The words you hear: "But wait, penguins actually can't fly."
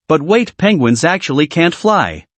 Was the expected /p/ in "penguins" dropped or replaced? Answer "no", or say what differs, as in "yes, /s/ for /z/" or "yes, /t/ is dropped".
no